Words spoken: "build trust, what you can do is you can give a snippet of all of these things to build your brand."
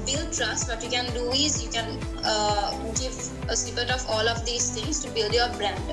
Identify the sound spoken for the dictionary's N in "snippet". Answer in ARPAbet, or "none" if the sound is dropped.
none